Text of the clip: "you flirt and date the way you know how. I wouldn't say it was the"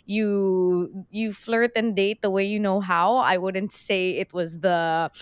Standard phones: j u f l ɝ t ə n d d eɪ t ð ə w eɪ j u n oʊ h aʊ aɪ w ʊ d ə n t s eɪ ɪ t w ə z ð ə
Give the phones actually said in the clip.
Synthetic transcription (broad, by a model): j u f l ɝ t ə n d d eɪ t ð ə w eɪ j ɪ n oʊ h aʊ aɪ w ʊ d n t s eɪ ɪ t w ə z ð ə